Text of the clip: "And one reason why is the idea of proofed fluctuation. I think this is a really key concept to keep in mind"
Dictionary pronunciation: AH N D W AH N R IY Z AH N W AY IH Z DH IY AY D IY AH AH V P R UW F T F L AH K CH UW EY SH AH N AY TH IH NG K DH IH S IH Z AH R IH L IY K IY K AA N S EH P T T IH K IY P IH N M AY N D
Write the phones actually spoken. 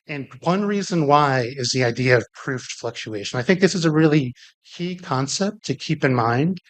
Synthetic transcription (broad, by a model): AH N W AH N R IY Z AH N W AY IH Z DH IY AY D IY AH AH V P R UW F T F L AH K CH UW EY SH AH N AY TH IH NG K DH IH S IH Z AH R IH L IY K IY K AA N S EH P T T IH K IY P IH N M AY N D